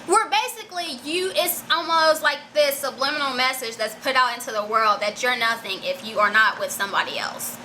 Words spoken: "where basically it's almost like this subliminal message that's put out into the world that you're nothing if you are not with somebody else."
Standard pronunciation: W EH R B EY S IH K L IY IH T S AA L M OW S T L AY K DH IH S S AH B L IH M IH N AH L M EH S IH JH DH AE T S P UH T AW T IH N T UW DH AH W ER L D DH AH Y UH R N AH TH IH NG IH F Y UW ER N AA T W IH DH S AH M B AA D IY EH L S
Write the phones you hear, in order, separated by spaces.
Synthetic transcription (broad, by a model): W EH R B EY S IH K L IY IH T S AA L M OW S T L AY K DH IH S S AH B L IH M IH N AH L M EH S IH JH DH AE T S P UH T AW T IH N T UW DH AH W ER L D DH AH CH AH R N AH TH IH NG IH F Y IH ER N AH T W IH DH S AH M B AA D IY EH L S